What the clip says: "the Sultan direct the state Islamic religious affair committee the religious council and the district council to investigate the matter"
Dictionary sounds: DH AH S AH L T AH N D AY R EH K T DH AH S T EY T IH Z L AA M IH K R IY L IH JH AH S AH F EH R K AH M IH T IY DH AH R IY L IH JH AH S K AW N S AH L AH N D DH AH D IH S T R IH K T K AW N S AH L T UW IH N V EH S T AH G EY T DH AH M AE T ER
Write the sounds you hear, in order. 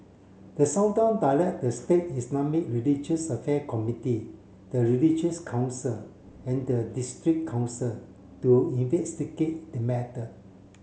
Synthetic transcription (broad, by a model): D AH S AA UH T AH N D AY L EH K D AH S T EY T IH S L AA M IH K R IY L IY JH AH S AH F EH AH K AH M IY T IY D AH R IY L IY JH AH S K AW N S AH L AH N D AH D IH S T R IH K K AW N S AH L T UW IH N V EH S T AH G EY T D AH M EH T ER